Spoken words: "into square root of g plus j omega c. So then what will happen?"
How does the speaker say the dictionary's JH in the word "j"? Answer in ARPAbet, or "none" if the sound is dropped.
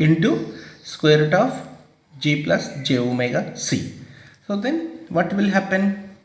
JH